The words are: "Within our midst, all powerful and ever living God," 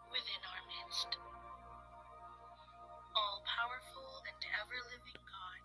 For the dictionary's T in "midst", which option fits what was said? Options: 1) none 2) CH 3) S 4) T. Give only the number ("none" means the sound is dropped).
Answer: 4